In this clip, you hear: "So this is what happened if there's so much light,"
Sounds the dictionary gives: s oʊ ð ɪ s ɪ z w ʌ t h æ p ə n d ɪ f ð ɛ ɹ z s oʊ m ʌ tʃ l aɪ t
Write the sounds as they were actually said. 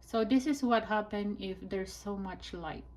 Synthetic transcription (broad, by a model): s oʊ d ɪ s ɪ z w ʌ t h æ p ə n ɪ f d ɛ ɹ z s oʊ m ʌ tʃ l aɪ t